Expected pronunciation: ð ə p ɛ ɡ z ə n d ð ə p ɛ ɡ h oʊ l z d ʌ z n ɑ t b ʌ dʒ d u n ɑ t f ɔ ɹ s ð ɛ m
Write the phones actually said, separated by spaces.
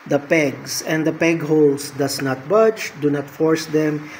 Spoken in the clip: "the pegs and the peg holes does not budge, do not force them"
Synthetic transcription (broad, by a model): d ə p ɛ ɡ s ə n d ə p ɛ ɡ h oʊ l s d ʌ s n ɑ t b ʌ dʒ d u n ɑ t f ɔ ɹ s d ɛ m